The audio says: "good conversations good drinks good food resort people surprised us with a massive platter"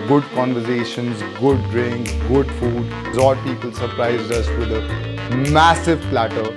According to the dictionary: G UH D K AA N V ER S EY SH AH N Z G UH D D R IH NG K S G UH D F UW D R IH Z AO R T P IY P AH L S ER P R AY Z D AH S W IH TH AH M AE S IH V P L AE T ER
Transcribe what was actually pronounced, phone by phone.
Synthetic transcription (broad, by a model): G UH D K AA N V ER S EY SH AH N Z G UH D D R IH NG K G UH D F UW D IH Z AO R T P IY P AH L S ER P R AY Z D AH S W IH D AH M AE S IH V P L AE T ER